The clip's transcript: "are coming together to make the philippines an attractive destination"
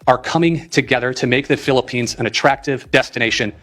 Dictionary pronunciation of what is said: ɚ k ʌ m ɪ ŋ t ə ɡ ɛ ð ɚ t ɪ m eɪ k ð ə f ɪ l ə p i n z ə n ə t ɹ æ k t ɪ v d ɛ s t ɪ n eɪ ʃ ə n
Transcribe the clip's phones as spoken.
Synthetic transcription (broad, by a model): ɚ k ʌ m ɪ ŋ t ə ɡ ɛ ð ɚ t ɪ m eɪ k ð ə f ɪ l ə p i n z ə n ə t ɹ æ k t ɪ v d ɛ s t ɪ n eɪ ʃ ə n